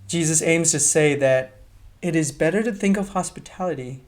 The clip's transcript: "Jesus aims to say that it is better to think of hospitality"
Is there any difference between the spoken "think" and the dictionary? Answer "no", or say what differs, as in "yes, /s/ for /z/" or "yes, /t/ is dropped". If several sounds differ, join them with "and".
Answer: no